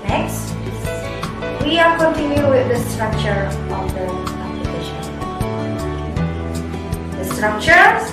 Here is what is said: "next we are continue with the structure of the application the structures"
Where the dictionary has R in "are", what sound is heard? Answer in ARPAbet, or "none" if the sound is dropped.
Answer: L